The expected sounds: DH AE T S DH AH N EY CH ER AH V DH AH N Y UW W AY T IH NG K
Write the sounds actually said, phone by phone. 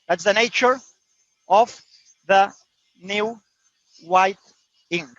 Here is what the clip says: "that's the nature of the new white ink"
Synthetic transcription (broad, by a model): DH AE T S DH AH N EY CH ER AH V DH AH N Y UW W AY T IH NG